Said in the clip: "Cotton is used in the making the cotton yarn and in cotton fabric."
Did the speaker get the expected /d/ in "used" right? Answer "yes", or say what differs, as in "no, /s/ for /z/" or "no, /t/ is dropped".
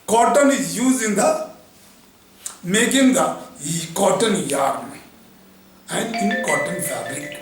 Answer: no, /d/ is dropped